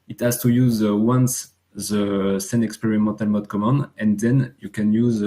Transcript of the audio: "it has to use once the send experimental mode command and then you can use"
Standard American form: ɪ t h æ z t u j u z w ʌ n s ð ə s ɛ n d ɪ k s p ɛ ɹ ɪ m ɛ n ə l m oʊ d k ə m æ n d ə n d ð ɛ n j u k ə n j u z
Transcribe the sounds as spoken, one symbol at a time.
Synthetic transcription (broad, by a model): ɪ t h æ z t u j u z w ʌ n s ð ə s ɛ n ɪ k s p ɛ ɹ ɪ m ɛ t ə l m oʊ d k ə m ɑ n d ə n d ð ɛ n j u k ə n j u z